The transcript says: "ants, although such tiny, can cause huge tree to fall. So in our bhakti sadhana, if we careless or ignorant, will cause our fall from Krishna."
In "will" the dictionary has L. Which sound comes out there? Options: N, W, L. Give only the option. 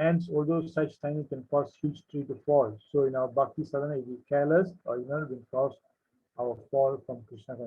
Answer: N